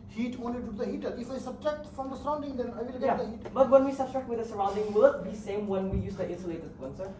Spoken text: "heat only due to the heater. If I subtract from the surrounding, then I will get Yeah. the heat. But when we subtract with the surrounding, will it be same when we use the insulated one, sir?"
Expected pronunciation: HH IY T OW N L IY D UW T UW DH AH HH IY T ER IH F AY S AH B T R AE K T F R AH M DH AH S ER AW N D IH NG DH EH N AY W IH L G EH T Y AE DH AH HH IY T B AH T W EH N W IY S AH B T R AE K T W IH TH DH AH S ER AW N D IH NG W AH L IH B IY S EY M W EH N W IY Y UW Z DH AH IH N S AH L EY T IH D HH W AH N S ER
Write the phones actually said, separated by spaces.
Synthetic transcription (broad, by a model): HH IY T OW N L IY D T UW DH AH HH IY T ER IH F AY S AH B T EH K T F R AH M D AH S ER AW N D IH NG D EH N AY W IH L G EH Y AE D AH HH IY T B AH T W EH N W IY S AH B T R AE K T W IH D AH S ER AW N D IH NG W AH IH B IY S EY M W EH N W IY Y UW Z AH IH S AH L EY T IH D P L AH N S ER